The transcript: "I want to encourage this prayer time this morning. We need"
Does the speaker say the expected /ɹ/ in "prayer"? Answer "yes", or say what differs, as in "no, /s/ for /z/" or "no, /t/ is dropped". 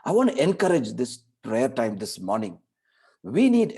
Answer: yes